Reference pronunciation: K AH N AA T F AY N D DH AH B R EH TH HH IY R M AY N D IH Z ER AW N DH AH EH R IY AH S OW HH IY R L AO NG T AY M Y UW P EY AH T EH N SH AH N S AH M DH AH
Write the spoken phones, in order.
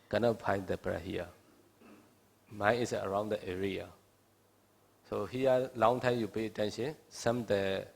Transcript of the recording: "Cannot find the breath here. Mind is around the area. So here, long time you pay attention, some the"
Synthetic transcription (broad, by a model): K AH N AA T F AY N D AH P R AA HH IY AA M AY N IH S ER AW N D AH EH R IY AH S OW HH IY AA L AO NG T AY M Y UW P EY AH T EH N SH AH N S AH M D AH